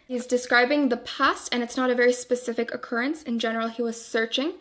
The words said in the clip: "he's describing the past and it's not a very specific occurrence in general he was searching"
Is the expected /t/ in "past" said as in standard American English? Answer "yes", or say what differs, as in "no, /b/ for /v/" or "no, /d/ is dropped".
yes